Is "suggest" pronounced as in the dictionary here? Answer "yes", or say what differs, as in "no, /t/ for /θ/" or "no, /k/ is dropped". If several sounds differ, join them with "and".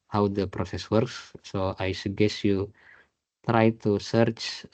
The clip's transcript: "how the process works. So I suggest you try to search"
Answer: no, /dʒ/ is dropped